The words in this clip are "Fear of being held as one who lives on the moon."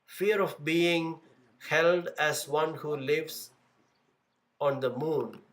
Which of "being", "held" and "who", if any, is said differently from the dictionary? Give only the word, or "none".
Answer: none